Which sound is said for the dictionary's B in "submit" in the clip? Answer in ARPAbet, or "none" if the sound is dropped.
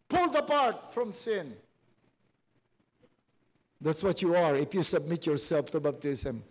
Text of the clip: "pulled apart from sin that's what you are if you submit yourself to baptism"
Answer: B